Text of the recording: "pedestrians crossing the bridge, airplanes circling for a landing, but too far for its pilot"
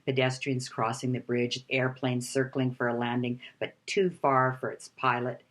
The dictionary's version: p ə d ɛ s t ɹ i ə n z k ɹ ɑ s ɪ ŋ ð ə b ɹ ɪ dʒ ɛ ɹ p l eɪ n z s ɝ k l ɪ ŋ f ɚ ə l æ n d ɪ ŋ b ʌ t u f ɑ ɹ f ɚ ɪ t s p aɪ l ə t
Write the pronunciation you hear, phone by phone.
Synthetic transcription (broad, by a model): p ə d ɛ s t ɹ i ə n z k ɹ ɑ s ɪ ŋ ð ə b ɹ ɪ dʒ ɛ ɹ p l eɪ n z s ɝ k l ɪ ŋ f ɚ ə l æ n d ɪ ŋ b ʌ t u f ɑ ɹ f ɚ ɪ t s p aɪ l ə t